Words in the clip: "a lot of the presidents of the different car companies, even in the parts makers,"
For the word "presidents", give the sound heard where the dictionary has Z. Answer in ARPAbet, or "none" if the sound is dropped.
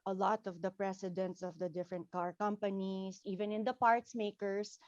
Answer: S